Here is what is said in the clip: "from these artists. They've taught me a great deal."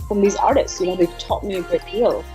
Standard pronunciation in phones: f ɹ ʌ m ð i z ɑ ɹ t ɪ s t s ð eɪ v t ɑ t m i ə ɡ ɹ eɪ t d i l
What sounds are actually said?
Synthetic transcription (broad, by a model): f ɹ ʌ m ð i z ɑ ɹ t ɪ s t s ð eɪ v t ɑ t m i ə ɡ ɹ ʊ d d i l